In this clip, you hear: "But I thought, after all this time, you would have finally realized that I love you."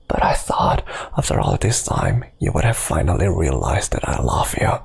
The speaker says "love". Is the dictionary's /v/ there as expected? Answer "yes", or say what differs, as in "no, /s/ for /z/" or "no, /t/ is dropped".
no, /f/ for /v/